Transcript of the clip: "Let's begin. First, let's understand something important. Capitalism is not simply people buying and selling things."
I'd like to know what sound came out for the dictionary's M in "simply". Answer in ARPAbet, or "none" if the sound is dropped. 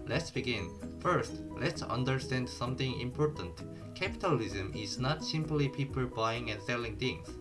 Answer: M